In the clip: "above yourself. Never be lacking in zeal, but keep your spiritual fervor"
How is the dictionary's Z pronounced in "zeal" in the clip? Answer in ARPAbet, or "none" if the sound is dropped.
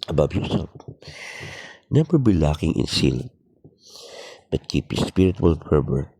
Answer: S